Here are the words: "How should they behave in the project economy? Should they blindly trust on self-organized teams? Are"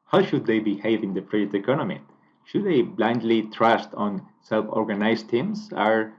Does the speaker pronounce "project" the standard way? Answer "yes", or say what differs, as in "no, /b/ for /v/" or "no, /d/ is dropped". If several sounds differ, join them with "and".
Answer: no, /k/ is dropped